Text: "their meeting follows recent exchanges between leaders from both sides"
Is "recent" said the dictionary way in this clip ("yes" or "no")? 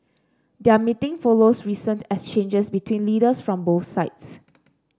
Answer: yes